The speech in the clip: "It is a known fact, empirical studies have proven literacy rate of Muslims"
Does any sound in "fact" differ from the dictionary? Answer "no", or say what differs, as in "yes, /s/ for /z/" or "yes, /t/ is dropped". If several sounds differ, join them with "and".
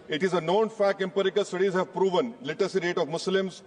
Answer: yes, /t/ is dropped